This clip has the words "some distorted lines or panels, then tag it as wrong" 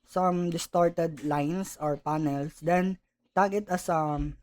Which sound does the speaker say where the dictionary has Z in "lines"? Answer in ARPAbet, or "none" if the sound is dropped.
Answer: S